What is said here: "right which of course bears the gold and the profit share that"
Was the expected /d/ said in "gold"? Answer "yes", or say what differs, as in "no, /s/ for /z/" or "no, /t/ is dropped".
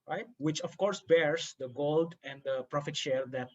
yes